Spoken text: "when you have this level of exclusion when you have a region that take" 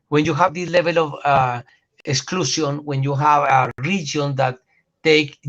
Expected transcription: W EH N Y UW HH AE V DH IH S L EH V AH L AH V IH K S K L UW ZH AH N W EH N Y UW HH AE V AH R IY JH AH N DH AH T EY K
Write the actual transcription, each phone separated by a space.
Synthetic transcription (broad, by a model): W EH N Y UW HH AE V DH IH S L EH V AH L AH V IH K S K L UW S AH N W EH N Y UW HH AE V AH R IY JH AH N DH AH T EY K